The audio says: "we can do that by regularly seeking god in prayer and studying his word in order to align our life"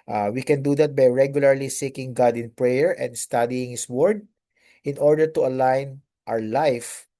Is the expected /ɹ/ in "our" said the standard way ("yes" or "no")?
no